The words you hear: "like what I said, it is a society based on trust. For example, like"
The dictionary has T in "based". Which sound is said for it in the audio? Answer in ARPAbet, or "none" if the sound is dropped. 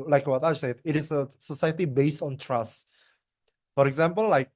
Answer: T